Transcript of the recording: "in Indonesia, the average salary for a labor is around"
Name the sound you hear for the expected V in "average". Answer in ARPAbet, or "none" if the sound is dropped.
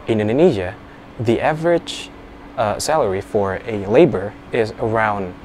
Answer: V